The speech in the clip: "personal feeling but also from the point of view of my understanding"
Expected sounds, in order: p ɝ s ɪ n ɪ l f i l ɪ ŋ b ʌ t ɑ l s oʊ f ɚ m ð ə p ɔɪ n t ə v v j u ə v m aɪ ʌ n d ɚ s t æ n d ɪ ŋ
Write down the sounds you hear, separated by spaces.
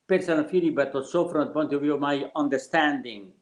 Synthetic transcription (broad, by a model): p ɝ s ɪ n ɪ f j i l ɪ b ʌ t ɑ s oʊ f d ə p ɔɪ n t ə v v j u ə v m aɪ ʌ n d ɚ s t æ n d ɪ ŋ